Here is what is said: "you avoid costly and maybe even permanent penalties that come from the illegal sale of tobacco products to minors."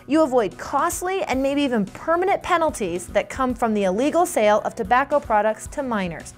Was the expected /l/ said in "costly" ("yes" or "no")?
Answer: yes